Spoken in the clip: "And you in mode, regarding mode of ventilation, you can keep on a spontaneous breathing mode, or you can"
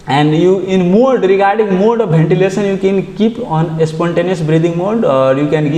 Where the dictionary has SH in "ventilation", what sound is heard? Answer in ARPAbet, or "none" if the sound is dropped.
S